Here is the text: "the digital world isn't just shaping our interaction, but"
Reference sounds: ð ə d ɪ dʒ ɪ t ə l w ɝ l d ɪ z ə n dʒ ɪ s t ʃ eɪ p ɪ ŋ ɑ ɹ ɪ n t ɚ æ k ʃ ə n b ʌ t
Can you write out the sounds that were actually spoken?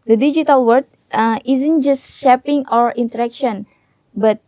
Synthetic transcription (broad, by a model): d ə d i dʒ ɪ t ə l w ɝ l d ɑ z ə n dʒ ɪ s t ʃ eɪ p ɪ ŋ ɑ ɹ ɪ n t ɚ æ k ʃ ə n b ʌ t